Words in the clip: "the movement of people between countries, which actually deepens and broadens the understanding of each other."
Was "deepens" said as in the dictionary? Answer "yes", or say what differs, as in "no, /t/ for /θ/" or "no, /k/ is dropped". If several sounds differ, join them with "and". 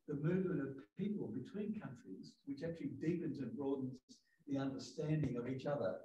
yes